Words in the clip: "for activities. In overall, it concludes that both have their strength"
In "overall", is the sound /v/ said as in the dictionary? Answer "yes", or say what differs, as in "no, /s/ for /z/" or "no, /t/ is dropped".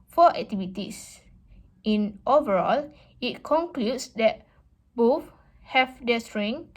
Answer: yes